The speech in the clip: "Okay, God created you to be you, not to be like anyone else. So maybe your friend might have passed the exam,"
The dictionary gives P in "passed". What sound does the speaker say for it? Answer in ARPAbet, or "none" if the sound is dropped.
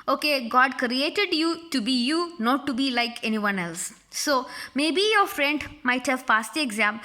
F